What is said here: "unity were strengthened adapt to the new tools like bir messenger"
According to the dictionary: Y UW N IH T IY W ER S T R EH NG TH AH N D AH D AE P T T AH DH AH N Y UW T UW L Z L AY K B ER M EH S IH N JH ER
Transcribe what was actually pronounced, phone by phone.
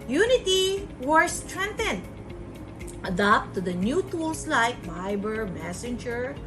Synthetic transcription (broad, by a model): Y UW N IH T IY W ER S T R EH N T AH N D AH D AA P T T AH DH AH N Y UW T UW L S L AY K B ER M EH S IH N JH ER